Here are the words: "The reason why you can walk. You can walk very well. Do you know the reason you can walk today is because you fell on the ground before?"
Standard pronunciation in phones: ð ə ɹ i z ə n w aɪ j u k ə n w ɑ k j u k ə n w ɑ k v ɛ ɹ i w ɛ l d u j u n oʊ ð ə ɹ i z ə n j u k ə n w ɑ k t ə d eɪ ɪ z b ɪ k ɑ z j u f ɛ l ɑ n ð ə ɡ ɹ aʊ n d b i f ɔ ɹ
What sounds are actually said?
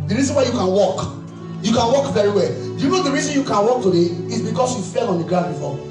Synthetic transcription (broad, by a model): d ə ɹ i z ə n w aɪ j u k ə n w ɑ k j u k ə n w ɑ k v ɛ ɹ i w ɛ l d j u n oʊ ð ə ɹ i z ə n j u k ə n w ɑ k t ə d eɪ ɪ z b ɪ k ɑ s j u f ɛ l ɑ n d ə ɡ ɹ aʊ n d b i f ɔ